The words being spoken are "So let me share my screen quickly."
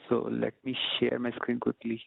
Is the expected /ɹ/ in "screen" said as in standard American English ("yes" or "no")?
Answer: yes